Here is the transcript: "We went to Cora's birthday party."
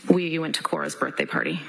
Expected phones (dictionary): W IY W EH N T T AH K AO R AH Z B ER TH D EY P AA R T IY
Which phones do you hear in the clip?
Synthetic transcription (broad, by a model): W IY W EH N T T AH K AO R AH Z B ER TH D EY P AA R T IY